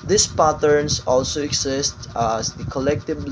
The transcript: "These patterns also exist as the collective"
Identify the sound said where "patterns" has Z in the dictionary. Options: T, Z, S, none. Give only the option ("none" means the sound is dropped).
S